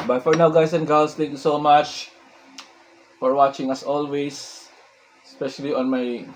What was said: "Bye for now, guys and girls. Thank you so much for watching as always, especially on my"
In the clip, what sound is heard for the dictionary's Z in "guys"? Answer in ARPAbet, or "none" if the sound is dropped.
S